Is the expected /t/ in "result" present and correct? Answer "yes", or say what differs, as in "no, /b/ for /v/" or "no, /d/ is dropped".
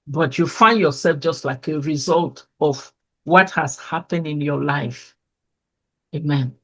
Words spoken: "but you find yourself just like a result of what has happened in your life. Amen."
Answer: yes